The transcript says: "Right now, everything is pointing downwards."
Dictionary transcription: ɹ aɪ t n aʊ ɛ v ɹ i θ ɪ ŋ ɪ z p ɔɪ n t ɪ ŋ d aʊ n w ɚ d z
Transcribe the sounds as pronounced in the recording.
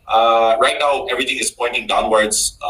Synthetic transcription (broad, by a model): ɹ aɪ t n aʊ ɛ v ɹ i t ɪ ŋ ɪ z p ɔɪ n t ɪ ŋ d aʊ n w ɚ d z